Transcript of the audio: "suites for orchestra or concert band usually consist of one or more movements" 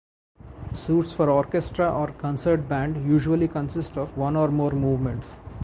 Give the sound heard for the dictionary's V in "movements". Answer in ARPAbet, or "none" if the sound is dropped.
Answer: V